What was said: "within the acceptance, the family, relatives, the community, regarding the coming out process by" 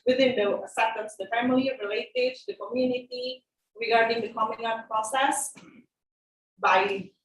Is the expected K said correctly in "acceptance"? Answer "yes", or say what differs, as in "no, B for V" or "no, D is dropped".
no, K is dropped